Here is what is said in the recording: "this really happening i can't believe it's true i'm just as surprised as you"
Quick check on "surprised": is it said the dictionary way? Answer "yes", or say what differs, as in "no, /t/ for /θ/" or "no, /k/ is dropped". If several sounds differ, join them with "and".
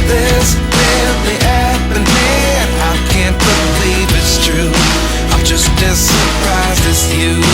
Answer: no, /d/ is dropped